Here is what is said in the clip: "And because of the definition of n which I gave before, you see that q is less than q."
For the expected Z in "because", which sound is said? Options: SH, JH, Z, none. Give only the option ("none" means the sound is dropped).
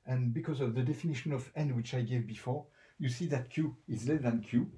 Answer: Z